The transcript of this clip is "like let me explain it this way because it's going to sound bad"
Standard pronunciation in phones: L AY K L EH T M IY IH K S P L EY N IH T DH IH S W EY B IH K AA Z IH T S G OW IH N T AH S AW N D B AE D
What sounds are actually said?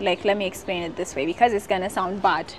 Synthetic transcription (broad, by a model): L AY K L EH T M IY IH K S P L EY N IH T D IH S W EY B IH K AA Z IH T S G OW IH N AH S AW N D B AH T